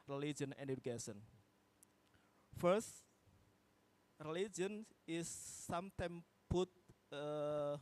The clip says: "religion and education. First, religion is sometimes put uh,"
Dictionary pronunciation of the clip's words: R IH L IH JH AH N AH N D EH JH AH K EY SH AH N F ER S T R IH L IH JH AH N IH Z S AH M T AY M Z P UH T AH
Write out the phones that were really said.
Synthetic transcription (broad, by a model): R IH L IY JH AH N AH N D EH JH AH K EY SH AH N F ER S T R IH L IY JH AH N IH S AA M T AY M P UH T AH